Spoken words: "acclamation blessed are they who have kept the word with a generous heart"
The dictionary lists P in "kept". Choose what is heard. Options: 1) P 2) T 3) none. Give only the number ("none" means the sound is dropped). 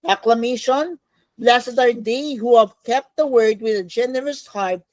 1